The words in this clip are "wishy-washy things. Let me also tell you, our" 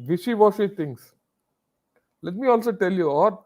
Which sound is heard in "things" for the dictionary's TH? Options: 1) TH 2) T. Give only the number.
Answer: 2